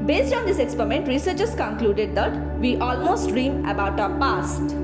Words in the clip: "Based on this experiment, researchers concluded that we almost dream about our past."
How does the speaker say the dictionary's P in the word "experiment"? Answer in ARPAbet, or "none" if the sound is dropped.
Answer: P